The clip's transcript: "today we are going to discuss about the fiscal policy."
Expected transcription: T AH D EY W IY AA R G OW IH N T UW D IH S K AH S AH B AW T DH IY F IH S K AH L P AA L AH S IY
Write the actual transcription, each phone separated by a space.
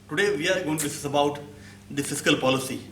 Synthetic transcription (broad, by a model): T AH D EY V IY AA R G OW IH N T UW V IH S AH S AH B AW T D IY F IH S K AH L P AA L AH S IY